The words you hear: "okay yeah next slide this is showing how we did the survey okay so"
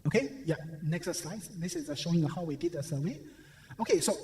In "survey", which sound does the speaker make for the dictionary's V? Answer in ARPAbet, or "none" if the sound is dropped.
W